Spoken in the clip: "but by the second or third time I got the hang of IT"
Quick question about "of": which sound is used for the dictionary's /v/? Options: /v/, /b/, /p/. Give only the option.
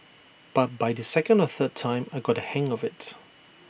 /v/